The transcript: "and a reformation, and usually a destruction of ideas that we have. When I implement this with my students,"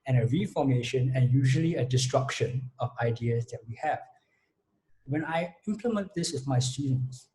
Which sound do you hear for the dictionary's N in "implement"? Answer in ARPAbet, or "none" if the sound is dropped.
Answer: N